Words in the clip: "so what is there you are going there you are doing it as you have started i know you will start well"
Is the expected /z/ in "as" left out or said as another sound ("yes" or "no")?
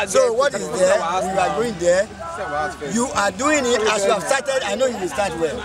yes